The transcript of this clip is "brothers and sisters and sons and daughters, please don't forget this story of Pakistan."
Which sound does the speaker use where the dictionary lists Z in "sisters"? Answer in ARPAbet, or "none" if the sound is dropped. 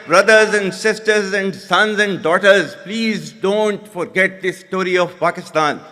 Z